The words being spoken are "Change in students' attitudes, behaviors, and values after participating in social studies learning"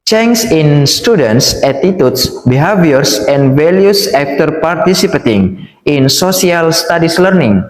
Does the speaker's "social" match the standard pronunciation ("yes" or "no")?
no